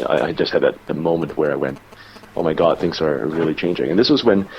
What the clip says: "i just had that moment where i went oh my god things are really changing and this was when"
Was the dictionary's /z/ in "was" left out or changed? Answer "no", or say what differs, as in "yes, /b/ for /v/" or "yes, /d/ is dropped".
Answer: no